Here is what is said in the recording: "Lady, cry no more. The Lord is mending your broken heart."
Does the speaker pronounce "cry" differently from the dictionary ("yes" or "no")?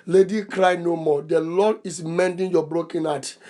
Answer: no